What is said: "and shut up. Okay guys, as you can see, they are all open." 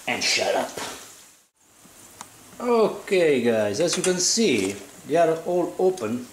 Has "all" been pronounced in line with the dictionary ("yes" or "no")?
yes